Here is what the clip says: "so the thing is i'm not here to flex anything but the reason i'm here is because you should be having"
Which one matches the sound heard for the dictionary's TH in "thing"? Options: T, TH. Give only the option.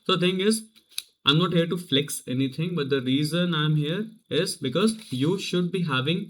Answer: T